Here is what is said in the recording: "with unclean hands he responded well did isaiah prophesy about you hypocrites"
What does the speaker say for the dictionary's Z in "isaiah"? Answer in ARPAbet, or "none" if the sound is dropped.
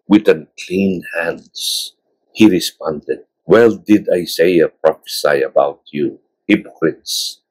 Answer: S